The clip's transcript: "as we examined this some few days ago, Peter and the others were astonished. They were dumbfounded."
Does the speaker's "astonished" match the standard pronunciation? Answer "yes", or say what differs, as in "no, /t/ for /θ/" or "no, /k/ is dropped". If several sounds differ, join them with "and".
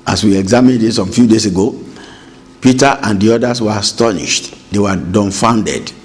yes